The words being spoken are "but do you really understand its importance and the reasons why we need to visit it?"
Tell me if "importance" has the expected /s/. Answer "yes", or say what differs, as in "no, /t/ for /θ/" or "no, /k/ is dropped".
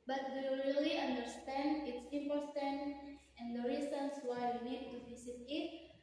no, /s/ is dropped